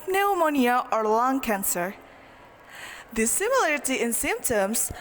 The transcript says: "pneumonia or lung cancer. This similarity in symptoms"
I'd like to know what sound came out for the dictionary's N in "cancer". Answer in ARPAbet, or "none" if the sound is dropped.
N